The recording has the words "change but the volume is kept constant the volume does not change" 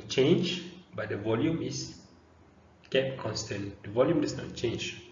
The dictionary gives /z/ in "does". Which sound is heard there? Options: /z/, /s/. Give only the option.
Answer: /s/